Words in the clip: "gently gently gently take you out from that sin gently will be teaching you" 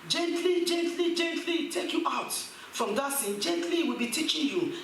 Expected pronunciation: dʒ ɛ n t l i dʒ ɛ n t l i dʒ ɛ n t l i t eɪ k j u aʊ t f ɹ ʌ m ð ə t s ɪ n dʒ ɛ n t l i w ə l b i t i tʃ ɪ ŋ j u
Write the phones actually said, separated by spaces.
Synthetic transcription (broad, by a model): dʒ ɛ n t l i dʒ ɛ n t l i dʒ ɛ n t l i t eɪ k j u aʊ t f ɹ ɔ m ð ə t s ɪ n dʒ ɛ n t l i w ə l b i t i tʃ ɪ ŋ j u